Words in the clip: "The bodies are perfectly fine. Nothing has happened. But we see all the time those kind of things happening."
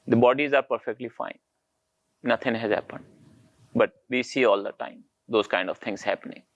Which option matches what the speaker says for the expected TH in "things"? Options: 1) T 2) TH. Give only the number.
1